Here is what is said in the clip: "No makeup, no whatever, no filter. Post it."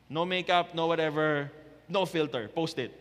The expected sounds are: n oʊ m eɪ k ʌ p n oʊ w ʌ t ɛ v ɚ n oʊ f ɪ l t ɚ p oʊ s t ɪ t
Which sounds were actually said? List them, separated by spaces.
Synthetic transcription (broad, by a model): n oʊ m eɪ k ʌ p n oʊ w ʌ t ɛ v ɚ n oʊ f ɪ l t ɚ p oʊ s t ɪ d